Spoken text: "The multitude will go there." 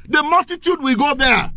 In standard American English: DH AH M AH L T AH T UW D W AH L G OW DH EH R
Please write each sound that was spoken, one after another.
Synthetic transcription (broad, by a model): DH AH M AH L T AH T UW D W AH G OW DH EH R